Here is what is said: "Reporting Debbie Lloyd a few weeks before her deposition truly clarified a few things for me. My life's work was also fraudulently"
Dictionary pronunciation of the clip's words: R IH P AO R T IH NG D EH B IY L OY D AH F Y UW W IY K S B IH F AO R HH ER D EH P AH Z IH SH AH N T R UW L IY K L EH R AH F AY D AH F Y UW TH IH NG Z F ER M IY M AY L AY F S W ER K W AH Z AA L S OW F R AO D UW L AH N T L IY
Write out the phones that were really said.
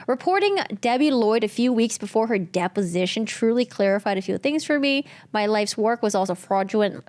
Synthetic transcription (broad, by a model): R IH P AO R T IH NG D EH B IY L OY D AH F Y UW W IY K S B IH F AO R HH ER D EH P AH Z IH SH AH N T R UW L IY K L EH R AH F AY D AH F Y UW TH IH NG Z F ER M IY M AY L AY F S W ER K W AH Z AA L S OW F R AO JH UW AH N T